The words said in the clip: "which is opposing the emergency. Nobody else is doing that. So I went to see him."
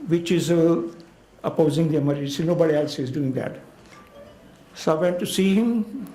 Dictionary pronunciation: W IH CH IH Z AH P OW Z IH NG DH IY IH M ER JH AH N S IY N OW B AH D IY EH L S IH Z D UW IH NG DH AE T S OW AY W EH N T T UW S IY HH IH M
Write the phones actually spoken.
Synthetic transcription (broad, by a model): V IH CH IH Z AH P OW Z IH NG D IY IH M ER AH S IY N OW B AH D IY EH L S IH Z D UW IH NG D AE T S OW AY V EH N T T UW S IY HH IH M